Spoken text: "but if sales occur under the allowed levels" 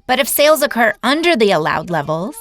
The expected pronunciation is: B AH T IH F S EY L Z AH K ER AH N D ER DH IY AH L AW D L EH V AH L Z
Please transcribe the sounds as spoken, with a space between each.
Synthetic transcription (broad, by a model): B AH T IH F S EY L Z AH K ER AH N D ER DH IY AH L AW D L EH V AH L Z